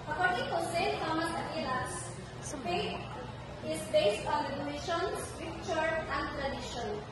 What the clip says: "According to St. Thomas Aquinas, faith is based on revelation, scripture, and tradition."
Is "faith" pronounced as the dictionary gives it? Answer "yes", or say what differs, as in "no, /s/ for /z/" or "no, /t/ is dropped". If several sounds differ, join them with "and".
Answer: no, /t/ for /θ/